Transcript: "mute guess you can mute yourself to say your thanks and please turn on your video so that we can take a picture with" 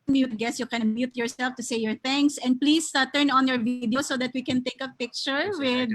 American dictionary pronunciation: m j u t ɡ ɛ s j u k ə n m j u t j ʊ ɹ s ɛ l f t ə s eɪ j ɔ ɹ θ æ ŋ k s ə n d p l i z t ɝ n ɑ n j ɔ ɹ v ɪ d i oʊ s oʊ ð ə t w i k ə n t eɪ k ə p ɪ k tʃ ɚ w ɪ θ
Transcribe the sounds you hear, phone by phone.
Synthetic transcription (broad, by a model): m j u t ɡ ɛ s j u k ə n m j u t j ʊ ɹ s ɛ l f t ə s eɪ j ɔ ɹ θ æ ŋ k s ə n d p l i s t ɝ n ɑ n j ɔ ɹ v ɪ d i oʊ s oʊ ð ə t w i k ə n t eɪ k ə p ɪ k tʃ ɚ w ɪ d